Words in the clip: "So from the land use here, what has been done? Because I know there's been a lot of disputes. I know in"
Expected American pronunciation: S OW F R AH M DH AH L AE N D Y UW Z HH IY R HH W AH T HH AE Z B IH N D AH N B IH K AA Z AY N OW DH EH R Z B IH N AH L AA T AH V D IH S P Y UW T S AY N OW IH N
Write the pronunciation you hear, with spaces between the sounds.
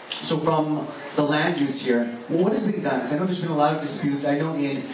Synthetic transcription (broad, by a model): S OW F R AH M DH AH L AE N D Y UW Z HH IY R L W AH T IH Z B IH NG D AH N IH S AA AY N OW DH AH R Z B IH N AH L AA T AH V D IH S P Y UW T S AY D OW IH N